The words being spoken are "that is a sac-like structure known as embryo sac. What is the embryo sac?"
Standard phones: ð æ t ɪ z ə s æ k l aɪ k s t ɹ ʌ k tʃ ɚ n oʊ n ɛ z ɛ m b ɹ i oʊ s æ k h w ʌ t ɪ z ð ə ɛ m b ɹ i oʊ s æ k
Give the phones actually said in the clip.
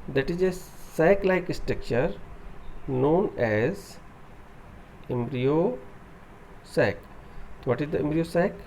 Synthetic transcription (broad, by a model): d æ t ɪ z ə s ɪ k l aɪ k s t ɹ ʌ k tʃ ɚ n oʊ n ɛ z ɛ m b ɹ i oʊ s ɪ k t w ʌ t ɪ z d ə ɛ m b ɹ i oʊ s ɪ k